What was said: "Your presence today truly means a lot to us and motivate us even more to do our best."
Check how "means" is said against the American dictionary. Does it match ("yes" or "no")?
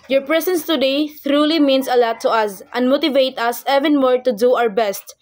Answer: no